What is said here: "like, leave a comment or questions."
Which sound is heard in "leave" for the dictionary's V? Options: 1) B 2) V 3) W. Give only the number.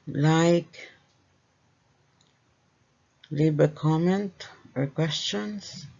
1